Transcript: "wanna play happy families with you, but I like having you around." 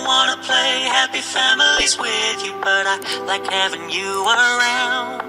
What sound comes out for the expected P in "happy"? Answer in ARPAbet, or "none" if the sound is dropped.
P